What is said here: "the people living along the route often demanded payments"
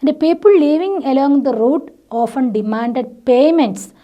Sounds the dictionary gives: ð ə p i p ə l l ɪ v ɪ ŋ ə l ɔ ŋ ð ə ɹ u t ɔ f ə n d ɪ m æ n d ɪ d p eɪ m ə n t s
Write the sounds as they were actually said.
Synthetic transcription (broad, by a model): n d p i p ə l l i v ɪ ŋ ə l ɔ ŋ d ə ɹ u t ɔ f ə n d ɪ m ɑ n d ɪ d p eɪ m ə n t s